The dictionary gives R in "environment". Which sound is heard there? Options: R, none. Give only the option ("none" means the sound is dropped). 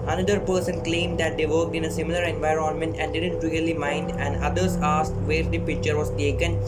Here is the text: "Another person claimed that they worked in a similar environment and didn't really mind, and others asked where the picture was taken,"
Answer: R